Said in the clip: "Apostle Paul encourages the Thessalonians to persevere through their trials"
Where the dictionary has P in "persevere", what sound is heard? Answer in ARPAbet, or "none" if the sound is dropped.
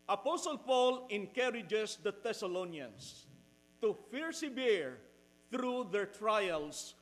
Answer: F